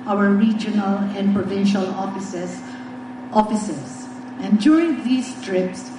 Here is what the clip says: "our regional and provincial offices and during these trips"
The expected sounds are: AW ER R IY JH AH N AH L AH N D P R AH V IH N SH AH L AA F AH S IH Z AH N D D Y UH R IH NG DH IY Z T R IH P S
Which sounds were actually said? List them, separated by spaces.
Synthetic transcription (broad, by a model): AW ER R IY JH AH N AH L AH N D P R AH V IH N SH AH L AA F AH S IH S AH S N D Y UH R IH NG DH IY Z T R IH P S